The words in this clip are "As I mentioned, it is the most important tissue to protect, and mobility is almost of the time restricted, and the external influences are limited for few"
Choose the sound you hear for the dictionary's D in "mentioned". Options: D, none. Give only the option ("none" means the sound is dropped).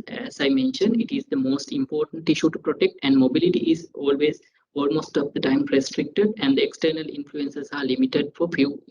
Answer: D